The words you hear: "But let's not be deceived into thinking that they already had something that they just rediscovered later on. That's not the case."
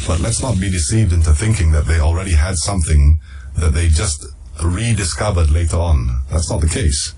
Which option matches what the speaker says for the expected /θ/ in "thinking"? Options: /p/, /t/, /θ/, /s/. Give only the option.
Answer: /θ/